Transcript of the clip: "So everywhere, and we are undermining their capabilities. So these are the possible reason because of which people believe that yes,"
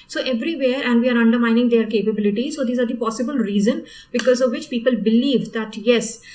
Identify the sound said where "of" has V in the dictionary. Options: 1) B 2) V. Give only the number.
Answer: 2